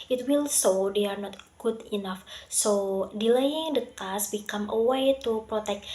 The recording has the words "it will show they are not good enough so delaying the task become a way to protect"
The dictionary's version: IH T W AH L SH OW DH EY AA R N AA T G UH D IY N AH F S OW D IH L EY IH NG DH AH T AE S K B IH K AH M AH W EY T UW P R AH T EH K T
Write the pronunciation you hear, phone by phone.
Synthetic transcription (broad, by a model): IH T W AH L S OW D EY AA R N AA T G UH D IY N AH F S OW D IH L EY IH NG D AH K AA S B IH K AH M AH W EY T UW P R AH T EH K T